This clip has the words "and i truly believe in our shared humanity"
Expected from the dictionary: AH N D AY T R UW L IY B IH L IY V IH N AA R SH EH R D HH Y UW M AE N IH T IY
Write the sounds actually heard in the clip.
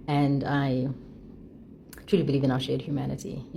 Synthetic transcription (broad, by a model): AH N D AY T R UW L IY B IH L IY V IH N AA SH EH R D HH Y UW M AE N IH T IY